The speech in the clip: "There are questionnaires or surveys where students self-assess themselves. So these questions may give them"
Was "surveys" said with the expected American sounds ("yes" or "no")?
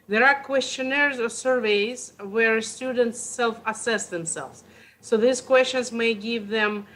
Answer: yes